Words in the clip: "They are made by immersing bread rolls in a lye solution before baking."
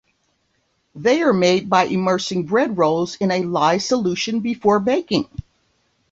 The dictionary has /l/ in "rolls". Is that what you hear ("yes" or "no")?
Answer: yes